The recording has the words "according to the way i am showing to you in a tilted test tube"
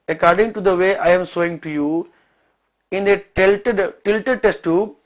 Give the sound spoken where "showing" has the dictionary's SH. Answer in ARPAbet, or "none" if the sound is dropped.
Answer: S